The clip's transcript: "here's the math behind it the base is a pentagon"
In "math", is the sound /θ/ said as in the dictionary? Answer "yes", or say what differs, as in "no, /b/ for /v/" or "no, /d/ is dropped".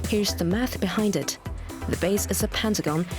yes